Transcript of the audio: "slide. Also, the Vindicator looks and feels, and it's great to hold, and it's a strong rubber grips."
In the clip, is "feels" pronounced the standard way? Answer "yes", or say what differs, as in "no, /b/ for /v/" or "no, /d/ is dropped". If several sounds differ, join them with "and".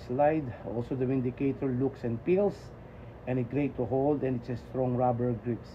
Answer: no, /p/ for /f/